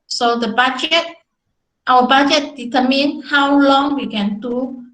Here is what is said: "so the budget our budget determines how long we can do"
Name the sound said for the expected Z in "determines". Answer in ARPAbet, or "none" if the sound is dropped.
none